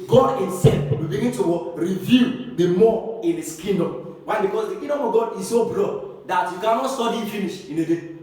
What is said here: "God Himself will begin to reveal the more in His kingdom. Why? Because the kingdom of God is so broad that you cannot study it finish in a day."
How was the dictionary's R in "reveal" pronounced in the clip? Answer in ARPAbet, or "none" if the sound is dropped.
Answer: W